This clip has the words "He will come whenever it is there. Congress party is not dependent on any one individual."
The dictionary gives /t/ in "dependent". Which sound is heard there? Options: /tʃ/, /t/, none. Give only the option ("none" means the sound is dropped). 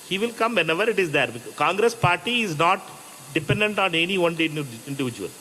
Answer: /t/